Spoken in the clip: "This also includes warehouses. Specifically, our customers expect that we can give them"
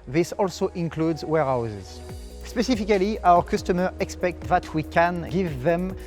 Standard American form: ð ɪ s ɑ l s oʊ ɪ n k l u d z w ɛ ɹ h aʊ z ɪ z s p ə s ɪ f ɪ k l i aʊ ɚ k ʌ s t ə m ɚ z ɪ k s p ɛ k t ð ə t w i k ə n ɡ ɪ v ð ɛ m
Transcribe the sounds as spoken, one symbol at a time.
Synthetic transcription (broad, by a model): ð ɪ s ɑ l s oʊ ɪ n k l u d z w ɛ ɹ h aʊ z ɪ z s p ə s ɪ f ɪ k l i aʊ ɚ k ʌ s t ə m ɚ ɪ k s p ɛ k t ð ə t w i k ə n ɡ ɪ v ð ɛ m